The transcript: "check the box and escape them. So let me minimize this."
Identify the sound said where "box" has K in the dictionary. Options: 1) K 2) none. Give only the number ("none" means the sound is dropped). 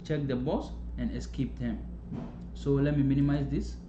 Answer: 2